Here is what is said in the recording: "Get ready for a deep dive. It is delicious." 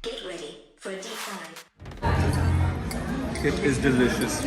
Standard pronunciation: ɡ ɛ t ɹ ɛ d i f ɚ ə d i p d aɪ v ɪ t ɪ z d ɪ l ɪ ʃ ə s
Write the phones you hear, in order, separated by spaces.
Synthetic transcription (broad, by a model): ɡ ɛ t ɹ ɛ d i f ɚ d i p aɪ ɪ t ɪ z d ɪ l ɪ ʃ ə s